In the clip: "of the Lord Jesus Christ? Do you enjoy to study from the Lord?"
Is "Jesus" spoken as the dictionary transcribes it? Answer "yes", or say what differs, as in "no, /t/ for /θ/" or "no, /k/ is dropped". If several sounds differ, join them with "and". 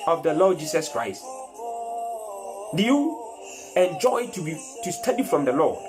no, /s/ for /z/